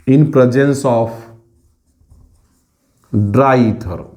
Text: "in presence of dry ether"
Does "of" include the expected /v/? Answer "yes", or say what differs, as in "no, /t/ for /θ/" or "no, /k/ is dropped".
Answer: no, /p/ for /v/